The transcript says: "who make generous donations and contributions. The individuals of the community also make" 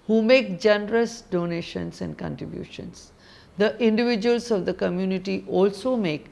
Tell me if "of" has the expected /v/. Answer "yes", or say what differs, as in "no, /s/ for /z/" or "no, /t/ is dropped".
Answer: yes